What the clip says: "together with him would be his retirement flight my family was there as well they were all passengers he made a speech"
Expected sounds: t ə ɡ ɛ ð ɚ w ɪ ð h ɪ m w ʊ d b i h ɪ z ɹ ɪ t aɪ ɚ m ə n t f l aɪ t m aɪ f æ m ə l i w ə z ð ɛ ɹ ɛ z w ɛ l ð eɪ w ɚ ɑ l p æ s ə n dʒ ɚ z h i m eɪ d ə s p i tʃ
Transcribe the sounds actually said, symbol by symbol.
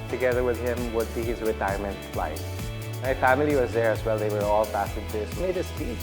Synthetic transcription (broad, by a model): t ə ɡ ɛ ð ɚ w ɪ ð h ɪ m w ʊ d b i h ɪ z ɹ ɪ t aɪ ɚ m ə n t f l aɪ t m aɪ f æ m ə l i w ə z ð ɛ ɹ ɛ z w ɛ l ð eɪ w ɚ ɑ l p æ s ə dʒ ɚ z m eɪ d ə s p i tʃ